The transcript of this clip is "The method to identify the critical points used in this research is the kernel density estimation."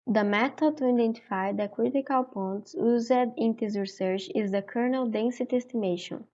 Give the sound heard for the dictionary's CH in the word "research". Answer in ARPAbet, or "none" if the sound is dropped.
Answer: CH